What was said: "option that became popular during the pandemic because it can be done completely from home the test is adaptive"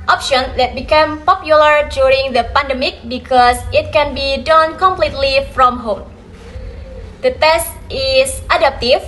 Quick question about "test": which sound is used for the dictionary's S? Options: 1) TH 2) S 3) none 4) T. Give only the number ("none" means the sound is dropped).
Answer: 2